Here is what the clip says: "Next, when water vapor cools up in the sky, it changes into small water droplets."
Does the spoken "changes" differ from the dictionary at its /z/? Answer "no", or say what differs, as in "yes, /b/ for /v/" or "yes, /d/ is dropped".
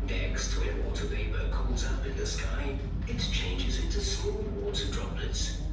no